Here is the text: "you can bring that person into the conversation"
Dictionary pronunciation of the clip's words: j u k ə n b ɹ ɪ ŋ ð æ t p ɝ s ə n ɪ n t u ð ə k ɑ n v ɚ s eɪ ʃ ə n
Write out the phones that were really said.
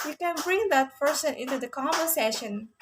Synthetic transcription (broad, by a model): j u k ə n b ɹ ɪ ŋ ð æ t p ɝ s ə n ɪ n t u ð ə k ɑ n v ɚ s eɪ ʃ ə n